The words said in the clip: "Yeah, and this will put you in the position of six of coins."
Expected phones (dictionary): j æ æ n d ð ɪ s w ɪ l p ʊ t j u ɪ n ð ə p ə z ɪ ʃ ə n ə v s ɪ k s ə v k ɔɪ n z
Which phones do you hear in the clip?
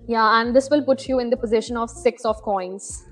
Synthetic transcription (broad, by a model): j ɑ æ n d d ɪ s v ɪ l p ʊ t j u ɪ n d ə p ə z ɪ ʃ ə n ə v s ɪ k s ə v k ɔɪ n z